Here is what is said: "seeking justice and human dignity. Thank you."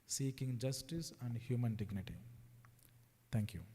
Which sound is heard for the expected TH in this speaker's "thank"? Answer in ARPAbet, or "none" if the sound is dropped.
T